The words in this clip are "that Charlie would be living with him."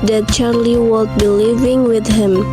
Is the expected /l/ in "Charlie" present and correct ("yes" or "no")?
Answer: yes